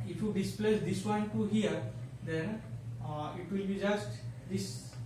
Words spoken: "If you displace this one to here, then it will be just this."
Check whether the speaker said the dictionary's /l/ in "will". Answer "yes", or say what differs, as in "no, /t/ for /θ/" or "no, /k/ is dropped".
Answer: yes